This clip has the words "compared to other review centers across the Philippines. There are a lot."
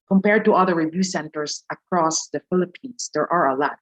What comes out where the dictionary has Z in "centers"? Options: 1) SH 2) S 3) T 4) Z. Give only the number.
2